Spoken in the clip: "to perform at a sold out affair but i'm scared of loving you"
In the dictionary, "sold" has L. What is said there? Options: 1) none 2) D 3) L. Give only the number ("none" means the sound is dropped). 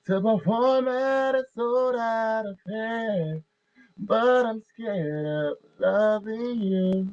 1